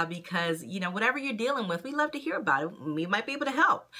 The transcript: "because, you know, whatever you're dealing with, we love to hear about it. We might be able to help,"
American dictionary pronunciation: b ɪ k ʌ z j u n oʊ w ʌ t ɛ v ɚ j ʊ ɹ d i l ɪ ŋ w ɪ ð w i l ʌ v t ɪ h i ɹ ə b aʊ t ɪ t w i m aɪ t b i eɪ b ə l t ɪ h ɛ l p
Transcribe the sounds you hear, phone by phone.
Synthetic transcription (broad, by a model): b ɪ k ʌ z j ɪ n oʊ w ʌ t ɛ v ɚ j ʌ ɹ d i l ɪ ŋ w ɪ ð w i l ʌ v t ɪ h i ɹ ə b aʊ t ɪ t w i m aɪ t b i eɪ ə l t ɪ h ɛ l p